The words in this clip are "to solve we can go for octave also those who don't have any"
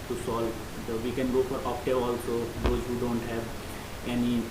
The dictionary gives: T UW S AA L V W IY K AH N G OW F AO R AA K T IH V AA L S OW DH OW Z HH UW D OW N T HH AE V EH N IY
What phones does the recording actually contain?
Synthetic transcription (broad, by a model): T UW S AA L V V IY K AH N G OW F AO R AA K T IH AA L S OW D OW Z HH UW D OW N T HH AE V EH N IY